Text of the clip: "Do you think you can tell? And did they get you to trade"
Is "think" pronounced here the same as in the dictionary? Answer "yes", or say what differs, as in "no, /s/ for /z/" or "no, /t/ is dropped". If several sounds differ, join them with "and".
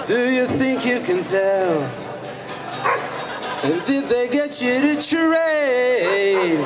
yes